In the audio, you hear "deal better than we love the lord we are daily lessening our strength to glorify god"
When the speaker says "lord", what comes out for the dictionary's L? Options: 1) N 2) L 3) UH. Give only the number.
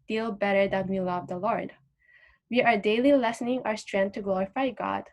2